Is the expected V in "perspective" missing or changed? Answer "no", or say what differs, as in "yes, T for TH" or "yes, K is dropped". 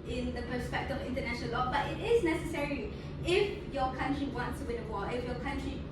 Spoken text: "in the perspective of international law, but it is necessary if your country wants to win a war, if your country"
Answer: yes, V is dropped